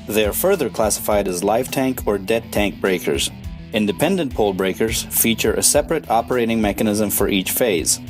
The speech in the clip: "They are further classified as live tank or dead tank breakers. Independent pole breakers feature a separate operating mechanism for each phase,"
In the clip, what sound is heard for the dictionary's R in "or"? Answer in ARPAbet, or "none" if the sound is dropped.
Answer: R